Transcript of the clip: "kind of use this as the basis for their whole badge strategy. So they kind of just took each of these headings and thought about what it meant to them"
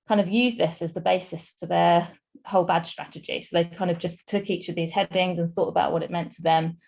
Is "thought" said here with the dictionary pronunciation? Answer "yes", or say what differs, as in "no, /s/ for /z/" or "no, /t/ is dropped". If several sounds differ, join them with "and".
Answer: yes